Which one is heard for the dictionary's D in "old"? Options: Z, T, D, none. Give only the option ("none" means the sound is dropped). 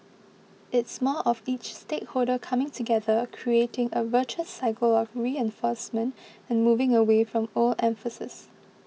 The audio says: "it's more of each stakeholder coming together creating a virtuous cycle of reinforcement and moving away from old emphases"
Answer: none